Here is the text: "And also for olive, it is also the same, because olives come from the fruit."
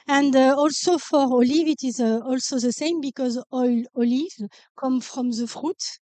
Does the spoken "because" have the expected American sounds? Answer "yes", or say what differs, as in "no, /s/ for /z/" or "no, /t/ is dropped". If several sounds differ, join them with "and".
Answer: yes